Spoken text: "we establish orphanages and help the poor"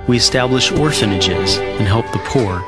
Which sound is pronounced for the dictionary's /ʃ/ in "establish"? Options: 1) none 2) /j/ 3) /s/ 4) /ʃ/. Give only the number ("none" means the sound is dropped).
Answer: 4